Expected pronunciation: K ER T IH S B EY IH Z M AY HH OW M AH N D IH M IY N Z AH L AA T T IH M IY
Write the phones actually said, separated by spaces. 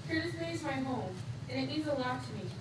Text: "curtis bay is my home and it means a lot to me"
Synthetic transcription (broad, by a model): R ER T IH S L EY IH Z M AY HH OW M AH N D IH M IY Z AH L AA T T IH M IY